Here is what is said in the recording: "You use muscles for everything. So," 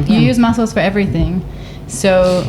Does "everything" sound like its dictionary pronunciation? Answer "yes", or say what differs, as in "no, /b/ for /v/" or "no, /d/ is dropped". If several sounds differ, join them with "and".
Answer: yes